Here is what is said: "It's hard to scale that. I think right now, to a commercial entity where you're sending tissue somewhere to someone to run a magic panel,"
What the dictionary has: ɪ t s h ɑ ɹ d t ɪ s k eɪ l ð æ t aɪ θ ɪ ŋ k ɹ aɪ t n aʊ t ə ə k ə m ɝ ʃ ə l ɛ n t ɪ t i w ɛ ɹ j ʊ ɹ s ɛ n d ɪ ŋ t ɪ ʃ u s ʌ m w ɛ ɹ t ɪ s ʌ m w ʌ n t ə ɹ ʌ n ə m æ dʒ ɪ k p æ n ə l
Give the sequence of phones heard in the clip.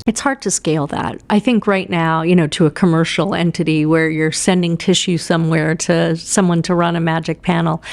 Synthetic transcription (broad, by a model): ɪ t s h ɑ ɹ d t ɪ s k eɪ l ð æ t aɪ θ ɪ ŋ k ɹ aɪ t n aʊ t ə ə k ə m ɝ ʃ l ɛ n t ɪ t i w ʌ ɹ j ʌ ɹ s ɛ n d ɪ ŋ t ɪ ʃ u s ʌ m w ɛ ɹ t ɪ s ʌ m w ʌ n t ə ɹ ʌ n ə m æ dʒ ɪ k p æ n l